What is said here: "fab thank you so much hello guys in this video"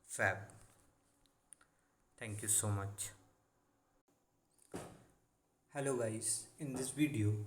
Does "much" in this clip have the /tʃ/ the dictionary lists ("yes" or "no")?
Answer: yes